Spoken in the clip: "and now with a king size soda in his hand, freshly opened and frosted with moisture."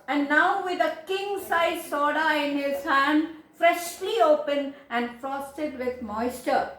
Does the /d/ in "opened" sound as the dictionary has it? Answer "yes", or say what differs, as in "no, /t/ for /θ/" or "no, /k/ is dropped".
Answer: no, /d/ is dropped